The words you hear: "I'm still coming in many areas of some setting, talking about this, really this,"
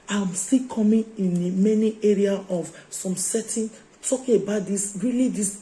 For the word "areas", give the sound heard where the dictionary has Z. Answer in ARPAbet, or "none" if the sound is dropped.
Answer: none